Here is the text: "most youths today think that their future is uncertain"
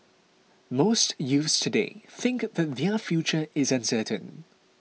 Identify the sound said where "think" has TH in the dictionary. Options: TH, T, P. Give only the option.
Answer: TH